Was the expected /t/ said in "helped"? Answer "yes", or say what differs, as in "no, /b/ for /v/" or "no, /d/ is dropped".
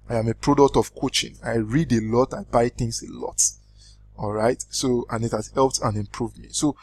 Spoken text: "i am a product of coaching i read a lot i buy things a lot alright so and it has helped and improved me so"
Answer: yes